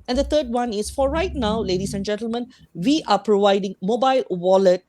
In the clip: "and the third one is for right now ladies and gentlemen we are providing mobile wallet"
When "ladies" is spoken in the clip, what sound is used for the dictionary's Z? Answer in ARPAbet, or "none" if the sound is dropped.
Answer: S